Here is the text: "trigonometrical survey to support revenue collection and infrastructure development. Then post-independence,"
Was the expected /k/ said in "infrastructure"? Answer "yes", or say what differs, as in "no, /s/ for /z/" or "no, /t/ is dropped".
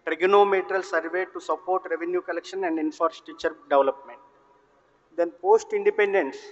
no, /k/ is dropped